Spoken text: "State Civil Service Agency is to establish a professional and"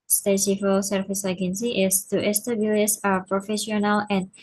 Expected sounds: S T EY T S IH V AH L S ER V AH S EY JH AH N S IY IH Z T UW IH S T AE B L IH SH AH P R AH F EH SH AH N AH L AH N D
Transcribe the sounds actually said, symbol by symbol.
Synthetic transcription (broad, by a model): S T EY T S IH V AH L S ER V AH S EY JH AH N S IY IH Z T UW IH S T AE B L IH S AH P R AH F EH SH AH N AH L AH N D